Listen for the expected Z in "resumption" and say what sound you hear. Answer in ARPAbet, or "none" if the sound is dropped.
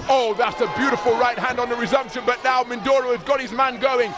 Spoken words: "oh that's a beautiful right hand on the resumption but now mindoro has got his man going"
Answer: Z